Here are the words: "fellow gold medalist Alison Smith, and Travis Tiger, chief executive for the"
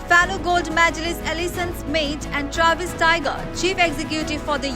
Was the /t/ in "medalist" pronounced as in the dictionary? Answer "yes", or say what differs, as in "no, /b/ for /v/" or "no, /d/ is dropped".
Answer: no, /t/ is dropped